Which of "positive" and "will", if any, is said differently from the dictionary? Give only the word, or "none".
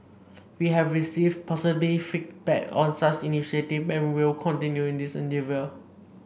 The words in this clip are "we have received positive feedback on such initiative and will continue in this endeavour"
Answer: positive